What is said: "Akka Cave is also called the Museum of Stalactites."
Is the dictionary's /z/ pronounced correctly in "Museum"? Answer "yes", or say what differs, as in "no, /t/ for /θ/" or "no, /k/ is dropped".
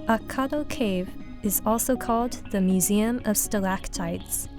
yes